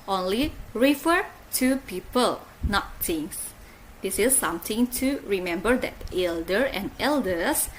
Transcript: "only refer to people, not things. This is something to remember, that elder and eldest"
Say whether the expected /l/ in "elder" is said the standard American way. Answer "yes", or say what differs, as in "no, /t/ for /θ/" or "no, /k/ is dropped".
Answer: yes